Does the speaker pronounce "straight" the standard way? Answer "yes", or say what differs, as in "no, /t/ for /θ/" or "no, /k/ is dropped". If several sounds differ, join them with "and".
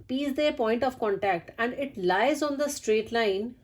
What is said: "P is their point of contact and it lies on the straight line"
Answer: yes